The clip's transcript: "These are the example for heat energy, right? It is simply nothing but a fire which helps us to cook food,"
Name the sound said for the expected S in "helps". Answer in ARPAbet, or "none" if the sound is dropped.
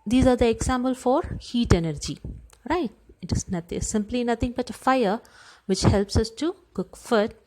S